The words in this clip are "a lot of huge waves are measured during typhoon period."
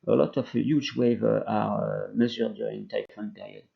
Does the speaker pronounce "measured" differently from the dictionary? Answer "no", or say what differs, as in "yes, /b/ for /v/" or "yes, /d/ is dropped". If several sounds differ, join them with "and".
yes, /z/ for /ʒ/